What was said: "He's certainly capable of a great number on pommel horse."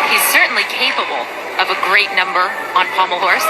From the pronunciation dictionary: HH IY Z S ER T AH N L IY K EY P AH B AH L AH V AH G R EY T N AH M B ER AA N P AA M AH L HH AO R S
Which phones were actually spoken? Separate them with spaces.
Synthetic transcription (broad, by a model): HH IY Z S ER T N L IY K EY P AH B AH L AH V AH G R EY T N AH M B ER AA N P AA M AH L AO R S